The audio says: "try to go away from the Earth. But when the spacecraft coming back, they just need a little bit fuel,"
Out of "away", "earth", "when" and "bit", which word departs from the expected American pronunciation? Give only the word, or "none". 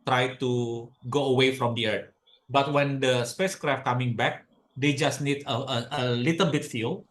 earth